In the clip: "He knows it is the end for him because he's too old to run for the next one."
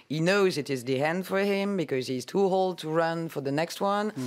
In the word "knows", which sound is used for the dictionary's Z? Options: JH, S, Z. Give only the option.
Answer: Z